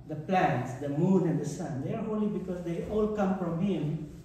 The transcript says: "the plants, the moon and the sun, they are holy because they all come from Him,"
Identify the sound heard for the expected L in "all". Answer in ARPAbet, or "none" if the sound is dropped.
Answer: L